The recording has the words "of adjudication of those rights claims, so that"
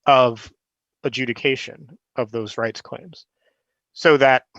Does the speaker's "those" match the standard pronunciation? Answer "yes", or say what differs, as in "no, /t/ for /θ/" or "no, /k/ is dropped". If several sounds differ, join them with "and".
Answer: yes